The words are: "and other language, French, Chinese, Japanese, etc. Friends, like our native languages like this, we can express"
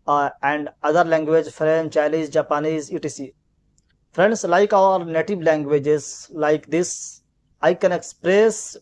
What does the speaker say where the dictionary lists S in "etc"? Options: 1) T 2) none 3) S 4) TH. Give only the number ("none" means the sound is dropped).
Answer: 2